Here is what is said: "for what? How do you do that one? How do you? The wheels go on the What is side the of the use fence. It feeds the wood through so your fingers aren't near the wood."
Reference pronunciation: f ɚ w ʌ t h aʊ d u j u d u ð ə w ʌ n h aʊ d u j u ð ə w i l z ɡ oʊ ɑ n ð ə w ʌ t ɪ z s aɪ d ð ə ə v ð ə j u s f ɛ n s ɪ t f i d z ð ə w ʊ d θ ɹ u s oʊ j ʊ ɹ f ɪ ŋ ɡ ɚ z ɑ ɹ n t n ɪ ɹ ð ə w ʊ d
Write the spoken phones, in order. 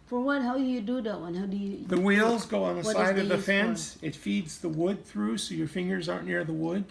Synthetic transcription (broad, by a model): f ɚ w ʌ t h aʊ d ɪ j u d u ð ə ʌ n h aʊ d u j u ð ə w i l z ɡ oʊ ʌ n ð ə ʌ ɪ s aɪ d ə ə v ð ə f ɛ n s ɪ t f i d z ð ə w ʊ d θ ɹ u s oʊ j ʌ ɹ f ɪ ŋ ɡ ɚ z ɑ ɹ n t n ɪ ɹ ð ə w ʊ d